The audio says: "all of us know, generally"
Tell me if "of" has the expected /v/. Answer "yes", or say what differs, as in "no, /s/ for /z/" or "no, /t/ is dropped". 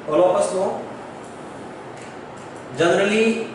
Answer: no, /p/ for /v/